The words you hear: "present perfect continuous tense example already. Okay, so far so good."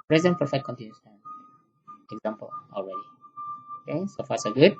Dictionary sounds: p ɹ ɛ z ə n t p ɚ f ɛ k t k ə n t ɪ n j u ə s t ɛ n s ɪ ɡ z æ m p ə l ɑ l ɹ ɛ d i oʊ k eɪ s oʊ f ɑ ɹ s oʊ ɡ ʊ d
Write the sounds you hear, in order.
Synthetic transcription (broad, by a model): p ɹ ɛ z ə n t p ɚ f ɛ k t k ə n t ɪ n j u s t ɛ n ɪ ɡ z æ m p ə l ɑ l ɹ ɛ d i oʊ k eɪ s oʊ f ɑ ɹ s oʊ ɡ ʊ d